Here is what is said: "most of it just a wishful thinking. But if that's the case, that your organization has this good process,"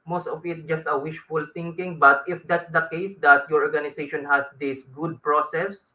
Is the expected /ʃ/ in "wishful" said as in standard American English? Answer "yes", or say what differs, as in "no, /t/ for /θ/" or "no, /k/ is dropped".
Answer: yes